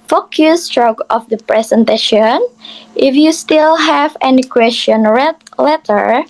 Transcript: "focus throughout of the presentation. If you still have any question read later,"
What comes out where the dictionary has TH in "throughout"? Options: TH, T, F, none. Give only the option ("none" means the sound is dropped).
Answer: T